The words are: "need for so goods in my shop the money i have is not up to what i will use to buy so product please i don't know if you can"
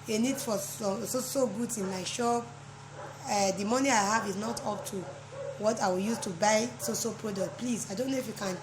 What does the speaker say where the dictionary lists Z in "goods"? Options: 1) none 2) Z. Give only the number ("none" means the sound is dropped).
1